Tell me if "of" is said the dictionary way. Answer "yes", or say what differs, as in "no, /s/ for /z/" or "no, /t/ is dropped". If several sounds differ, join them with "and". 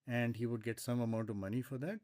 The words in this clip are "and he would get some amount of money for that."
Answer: yes